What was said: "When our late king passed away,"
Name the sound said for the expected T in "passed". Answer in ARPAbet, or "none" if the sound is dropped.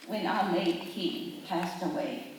T